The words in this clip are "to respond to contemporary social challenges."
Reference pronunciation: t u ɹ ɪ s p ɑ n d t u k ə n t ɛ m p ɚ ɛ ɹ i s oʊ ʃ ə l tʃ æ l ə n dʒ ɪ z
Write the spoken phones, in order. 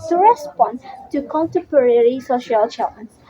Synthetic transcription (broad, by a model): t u ɹ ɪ s p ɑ n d t u k ə n t ɛ m p ɚ ɛ ɹ i s oʊ ʃ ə l tʃ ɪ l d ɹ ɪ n